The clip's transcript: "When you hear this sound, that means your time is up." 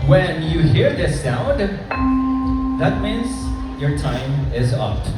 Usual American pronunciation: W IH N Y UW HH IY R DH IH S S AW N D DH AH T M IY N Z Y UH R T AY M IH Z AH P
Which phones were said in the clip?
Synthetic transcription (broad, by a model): W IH N Y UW HH IY R DH IH S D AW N DH AH T M IY N Z Y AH R T AY M IH Z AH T